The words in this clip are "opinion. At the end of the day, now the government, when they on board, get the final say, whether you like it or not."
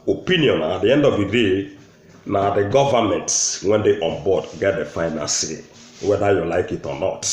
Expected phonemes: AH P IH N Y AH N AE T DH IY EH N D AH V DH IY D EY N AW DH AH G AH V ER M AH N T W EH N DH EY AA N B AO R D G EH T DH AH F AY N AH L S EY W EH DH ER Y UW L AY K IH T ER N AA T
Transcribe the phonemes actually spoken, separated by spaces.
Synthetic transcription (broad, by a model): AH P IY N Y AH N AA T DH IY EH N D AH V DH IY D EY N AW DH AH G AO V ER M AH N T W EH N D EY AA N B AO D G EH T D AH F AY N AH N S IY W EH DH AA Y UW L AY K IH T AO N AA T